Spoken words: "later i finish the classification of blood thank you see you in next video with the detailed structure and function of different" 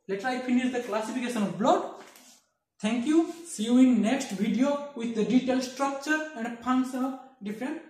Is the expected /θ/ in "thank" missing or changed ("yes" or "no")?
yes